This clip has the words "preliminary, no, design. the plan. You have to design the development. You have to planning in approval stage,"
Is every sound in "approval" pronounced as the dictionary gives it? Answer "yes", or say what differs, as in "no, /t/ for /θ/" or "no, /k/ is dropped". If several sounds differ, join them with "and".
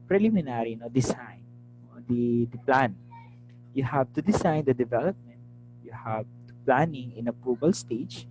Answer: no, /ɹ/ is dropped and /b/ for /v/